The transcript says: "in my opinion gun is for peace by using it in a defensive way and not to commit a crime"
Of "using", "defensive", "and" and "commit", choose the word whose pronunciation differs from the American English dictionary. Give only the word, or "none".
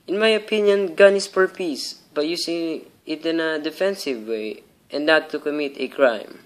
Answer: using